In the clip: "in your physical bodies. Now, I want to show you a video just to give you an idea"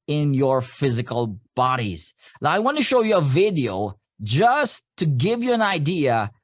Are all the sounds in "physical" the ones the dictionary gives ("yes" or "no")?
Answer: yes